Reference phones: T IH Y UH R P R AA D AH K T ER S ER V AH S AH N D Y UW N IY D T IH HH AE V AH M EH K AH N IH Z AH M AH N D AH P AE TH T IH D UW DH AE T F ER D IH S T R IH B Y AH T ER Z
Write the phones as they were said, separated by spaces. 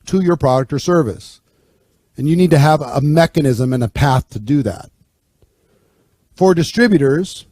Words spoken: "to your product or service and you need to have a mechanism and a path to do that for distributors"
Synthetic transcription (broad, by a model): T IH Y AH R P R AA D AH K T ER S ER V AH S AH N Y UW N IY D T IH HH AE V AH M EH K AH N IH Z AH M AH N AH P AE TH T IH D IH DH AE T F ER D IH S T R IH B Y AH T ER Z